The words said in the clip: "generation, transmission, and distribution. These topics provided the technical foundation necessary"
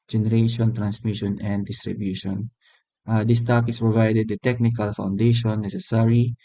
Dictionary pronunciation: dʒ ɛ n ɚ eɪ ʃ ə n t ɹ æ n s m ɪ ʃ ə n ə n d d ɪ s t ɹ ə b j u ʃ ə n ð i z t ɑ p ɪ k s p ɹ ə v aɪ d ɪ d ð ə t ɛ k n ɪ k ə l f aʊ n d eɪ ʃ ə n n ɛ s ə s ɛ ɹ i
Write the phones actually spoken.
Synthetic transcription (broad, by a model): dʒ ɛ n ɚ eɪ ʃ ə n t ɹ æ n s m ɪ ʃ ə n ə n d d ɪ s t ɹ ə b j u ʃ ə n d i s t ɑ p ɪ s p ɹ ə v aɪ d ɪ d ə t ɛ k n ɪ k ə l f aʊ n d eɪ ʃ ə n n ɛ s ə s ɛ ɹ i